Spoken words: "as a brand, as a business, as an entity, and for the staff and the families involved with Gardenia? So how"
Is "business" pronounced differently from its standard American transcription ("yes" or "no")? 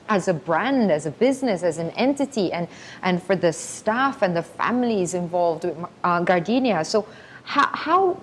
no